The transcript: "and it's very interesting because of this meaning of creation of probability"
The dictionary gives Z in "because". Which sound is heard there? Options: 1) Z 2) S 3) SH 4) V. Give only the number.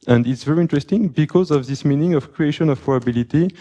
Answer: 1